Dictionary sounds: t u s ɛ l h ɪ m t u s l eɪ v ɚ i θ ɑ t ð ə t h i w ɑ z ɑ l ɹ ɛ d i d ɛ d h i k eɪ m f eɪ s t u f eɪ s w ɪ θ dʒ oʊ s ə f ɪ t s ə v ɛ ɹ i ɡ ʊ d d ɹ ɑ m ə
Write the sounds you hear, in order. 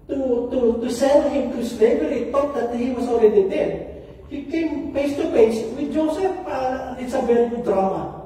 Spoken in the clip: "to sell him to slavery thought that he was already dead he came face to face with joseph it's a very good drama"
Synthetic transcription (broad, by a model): t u s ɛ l h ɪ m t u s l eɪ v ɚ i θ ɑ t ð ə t h i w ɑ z ɑ l ɹ ɛ d i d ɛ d h i k eɪ m p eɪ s t u p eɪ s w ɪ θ dʒ oʊ s ə f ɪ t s ə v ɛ l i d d ɹ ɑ m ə